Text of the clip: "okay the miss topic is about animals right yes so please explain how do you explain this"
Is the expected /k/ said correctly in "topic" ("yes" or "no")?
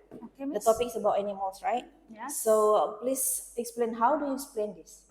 yes